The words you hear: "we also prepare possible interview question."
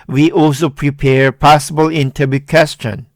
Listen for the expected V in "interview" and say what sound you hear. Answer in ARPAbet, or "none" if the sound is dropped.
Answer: B